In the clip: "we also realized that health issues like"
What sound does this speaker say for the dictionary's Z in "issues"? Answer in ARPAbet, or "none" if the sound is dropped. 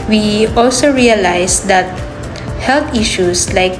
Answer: S